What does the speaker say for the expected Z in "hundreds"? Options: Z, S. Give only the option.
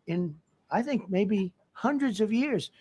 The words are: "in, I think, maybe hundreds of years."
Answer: Z